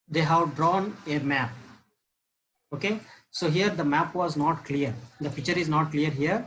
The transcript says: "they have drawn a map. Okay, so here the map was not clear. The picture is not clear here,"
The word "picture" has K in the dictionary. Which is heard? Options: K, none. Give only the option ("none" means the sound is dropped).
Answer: none